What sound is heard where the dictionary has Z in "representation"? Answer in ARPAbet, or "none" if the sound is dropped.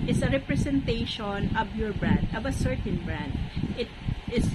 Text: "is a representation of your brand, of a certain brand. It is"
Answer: S